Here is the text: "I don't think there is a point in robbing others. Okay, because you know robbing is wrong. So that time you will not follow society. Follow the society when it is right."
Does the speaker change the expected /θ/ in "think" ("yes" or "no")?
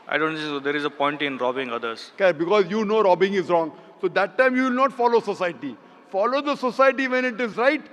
yes